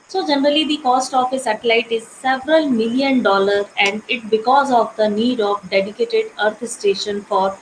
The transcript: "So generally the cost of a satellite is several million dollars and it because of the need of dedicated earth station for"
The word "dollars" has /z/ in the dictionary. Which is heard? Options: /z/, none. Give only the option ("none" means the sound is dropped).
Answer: none